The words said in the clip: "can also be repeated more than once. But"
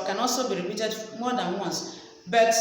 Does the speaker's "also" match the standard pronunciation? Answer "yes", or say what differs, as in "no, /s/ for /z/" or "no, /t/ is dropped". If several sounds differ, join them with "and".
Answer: no, /l/ is dropped